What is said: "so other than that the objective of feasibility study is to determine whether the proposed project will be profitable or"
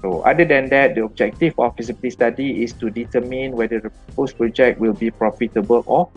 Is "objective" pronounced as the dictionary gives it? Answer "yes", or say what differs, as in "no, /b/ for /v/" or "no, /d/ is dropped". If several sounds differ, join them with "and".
no, /f/ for /v/